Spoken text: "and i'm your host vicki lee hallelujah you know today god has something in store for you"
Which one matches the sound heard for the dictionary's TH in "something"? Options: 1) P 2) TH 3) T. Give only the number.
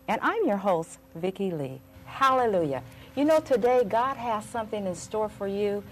2